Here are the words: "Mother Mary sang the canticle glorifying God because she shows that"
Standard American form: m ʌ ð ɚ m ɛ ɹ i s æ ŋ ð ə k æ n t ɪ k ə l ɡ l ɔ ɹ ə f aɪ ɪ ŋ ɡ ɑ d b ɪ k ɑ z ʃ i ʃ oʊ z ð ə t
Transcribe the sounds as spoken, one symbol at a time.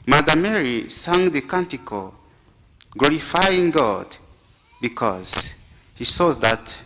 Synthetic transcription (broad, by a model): m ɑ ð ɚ m ɛ ɹ i s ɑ ŋ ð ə k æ n t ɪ k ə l ɡ l ɔ ɹ ə f aɪ ɪ ŋ ɡ ɑ d b ɪ k ɑ z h i s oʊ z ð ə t